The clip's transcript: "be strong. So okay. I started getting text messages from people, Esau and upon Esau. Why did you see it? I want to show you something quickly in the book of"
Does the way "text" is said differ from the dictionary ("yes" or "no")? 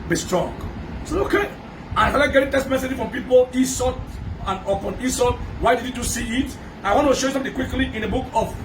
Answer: yes